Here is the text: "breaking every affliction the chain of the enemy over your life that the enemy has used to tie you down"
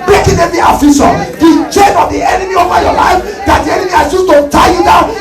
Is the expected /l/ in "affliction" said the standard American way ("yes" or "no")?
no